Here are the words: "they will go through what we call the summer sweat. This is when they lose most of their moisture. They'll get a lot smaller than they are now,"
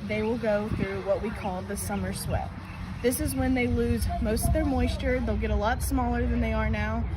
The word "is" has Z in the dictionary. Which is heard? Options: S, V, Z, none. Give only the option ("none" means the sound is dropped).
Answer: Z